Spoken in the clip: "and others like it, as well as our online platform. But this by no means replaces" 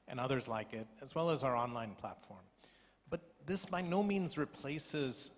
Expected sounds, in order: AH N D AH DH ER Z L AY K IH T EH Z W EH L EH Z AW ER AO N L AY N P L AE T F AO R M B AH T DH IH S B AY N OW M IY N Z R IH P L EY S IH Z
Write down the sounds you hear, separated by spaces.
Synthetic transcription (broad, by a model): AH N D AH DH ER Z L AY K IH T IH Z W EH L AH Z AW ER AO N L AY N P L AE T F AO R M B AH T DH IH S B AY N OW M IY N Z R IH P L EY S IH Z